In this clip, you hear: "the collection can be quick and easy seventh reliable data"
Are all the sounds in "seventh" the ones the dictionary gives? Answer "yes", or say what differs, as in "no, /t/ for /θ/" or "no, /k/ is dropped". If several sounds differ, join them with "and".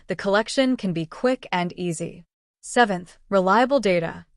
yes